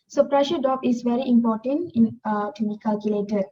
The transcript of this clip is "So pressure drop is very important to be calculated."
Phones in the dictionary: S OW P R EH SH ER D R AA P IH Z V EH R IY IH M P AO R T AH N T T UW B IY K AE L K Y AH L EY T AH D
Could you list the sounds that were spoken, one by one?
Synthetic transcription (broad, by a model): S OW P R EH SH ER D AA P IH S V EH R IY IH M P AO T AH N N T UW B IY K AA L K Y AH L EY T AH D